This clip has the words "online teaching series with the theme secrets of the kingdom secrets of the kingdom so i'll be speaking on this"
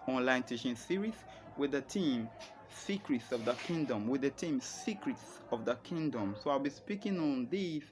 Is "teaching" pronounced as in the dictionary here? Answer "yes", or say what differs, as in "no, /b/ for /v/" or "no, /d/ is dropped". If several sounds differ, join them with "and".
no, /ʃ/ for /tʃ/